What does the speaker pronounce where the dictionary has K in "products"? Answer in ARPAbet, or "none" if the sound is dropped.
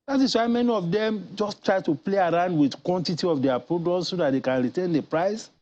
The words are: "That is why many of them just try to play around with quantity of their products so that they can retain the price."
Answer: none